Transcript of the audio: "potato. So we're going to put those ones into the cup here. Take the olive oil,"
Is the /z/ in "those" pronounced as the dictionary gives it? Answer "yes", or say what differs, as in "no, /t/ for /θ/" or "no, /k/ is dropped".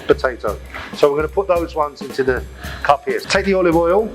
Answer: yes